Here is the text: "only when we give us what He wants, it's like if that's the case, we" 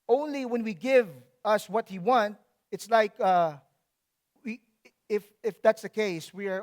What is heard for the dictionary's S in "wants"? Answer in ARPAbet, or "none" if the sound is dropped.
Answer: none